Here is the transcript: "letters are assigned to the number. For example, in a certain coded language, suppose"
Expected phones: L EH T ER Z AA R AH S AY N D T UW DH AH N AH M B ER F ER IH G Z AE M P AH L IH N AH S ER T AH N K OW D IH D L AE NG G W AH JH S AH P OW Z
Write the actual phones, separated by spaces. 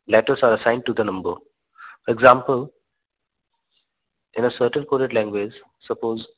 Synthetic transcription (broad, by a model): L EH T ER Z AA R AH S AY N D T UW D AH N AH M B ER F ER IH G Z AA M P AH L IH N AH S ER T AH N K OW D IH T L AE NG G W AH JH S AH P OW Z